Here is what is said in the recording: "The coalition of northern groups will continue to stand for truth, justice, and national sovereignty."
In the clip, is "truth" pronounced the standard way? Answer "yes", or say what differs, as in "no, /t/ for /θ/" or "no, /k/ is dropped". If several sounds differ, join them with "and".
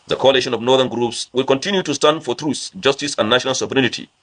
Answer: no, /s/ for /θ/